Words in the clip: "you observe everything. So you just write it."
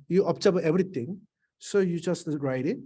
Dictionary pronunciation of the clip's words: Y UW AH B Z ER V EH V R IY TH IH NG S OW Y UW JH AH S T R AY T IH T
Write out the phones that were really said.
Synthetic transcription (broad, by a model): Y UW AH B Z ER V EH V R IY T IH NG S OW Y UW JH AH S T R AY T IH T